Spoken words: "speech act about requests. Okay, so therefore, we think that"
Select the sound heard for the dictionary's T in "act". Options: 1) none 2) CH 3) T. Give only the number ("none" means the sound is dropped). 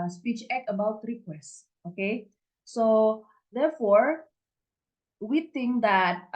1